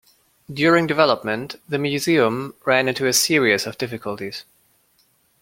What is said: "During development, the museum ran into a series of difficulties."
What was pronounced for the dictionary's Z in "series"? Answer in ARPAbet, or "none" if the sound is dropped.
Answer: S